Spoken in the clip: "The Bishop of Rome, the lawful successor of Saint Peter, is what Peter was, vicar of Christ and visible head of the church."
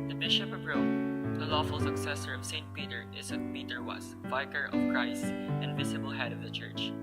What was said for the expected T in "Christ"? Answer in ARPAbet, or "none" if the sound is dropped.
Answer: T